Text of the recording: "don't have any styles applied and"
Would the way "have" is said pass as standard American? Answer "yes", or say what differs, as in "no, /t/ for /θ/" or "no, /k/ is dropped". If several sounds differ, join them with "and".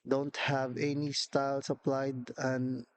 yes